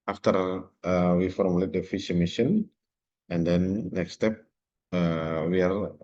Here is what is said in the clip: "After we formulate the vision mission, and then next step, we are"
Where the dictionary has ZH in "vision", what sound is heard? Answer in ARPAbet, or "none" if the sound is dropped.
SH